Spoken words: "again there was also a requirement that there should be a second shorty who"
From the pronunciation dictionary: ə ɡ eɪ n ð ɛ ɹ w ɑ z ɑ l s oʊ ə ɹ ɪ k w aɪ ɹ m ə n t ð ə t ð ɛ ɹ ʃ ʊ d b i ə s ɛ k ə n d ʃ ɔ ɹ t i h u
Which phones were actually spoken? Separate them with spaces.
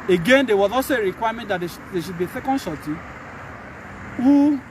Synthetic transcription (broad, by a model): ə ɡ eɪ n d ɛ w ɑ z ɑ s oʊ ə ɹ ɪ k w aɪ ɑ m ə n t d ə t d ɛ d ʃ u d b i ə s ɛ k ə n d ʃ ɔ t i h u